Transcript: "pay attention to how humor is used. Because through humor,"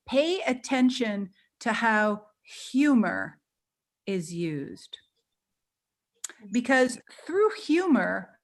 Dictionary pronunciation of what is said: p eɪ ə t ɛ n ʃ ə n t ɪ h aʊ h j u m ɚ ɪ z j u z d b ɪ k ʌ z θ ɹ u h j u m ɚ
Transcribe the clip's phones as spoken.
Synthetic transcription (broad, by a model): p eɪ ə t ɛ n ʃ ə n t ɪ h aʊ h j u m ɚ ɪ z j u z d b ɪ k ʌ z θ ɹ u h j u m ɚ